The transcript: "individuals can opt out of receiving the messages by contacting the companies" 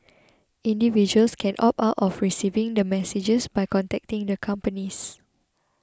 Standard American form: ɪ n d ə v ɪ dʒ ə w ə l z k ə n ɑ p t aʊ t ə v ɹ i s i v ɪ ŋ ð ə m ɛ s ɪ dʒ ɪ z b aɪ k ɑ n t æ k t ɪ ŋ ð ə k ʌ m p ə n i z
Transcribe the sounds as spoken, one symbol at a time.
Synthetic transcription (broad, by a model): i n d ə v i dʒ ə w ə l s k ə n ɑ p aʊ t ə f ɹ i s i v ɪ ŋ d ə m ɛ s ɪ dʒ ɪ s b aɪ k ɑ n t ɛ k t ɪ ŋ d ə k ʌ m p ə n i s